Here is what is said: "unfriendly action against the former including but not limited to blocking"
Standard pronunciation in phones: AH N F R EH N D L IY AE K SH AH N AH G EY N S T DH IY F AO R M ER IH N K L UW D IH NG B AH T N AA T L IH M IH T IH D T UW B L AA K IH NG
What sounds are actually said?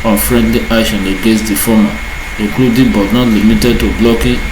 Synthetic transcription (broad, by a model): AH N F R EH N D L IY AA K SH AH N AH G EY S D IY F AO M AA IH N K L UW D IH B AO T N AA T L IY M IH T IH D T UW B L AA K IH